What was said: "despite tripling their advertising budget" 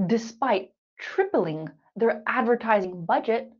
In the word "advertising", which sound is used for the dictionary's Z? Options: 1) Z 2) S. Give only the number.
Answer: 1